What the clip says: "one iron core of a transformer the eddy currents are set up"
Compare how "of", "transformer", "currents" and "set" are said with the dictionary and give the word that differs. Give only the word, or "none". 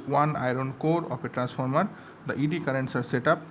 of